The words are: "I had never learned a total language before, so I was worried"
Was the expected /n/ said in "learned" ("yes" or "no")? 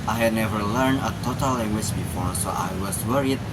yes